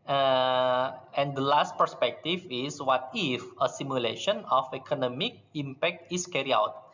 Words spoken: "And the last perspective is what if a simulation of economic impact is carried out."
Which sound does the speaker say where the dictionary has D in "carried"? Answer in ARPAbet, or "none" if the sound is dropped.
none